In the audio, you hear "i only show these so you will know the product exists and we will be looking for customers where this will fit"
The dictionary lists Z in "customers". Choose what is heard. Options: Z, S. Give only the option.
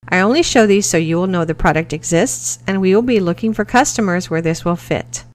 Z